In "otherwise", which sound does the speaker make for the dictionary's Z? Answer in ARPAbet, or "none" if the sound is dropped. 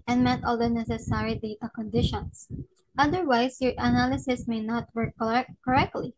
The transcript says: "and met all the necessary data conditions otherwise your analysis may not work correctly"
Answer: S